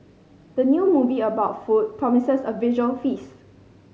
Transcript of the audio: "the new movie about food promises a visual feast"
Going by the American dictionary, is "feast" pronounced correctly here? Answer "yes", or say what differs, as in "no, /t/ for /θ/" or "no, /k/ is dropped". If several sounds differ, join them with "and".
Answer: no, /t/ is dropped